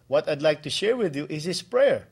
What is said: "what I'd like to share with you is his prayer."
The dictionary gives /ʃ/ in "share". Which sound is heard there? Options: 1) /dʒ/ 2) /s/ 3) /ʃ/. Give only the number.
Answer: 3